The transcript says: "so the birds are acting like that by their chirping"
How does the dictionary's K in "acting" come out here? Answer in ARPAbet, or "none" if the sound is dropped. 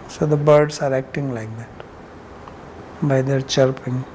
K